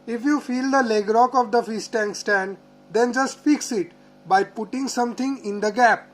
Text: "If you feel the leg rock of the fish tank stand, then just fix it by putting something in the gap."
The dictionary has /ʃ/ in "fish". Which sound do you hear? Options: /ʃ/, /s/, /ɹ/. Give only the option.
/s/